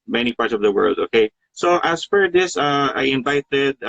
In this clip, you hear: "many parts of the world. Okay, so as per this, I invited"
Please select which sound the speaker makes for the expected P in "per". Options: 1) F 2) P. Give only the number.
1